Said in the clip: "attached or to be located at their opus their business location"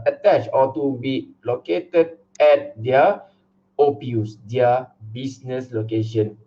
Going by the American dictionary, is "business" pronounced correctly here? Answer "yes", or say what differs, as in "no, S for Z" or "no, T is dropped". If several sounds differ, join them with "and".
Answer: no, S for Z